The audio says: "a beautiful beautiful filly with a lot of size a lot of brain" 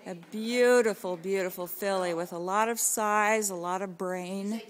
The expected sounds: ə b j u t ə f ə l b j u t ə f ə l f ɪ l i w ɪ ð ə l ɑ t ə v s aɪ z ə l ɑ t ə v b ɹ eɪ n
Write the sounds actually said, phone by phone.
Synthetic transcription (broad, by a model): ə b j u t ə f l b j u t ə f l f ɪ l i w ɪ ð ə l ɑ t ə v s aɪ z ə l ɑ t ə v b ɹ eɪ n